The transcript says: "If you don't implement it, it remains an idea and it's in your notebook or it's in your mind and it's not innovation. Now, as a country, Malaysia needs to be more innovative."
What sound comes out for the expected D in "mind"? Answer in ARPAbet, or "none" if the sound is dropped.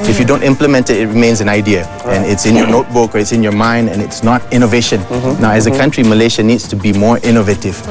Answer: D